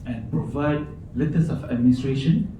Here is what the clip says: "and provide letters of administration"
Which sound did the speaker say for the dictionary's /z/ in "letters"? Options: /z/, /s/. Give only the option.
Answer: /s/